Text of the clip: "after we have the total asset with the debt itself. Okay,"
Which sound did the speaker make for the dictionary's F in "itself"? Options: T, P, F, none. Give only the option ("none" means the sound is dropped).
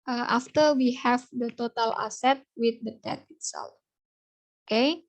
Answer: none